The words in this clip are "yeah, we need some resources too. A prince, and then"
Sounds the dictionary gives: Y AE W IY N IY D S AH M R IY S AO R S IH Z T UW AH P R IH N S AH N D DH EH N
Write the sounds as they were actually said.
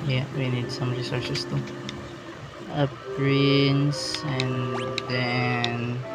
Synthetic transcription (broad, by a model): Y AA W IY N IY D S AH M R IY S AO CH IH S T UW AH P R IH N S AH N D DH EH N